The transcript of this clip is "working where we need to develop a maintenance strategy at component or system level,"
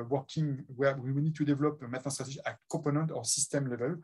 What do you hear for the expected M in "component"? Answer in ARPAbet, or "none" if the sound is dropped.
none